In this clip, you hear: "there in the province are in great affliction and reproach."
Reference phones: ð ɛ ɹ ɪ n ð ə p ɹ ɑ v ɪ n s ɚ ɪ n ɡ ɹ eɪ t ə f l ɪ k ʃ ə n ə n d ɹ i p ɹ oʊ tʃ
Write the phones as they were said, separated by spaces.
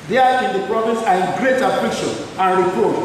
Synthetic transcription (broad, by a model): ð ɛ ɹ ɪ n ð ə p ɹ ɑ v ɪ n s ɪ ɡ ɹ eɪ t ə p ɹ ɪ ʃ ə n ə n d ɹ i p ɹ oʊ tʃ